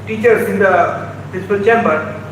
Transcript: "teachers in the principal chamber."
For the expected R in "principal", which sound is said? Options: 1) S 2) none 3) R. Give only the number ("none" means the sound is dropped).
2